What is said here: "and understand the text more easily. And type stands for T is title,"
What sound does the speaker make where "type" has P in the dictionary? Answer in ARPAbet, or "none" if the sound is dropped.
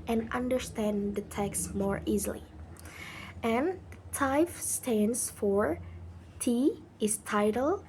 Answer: F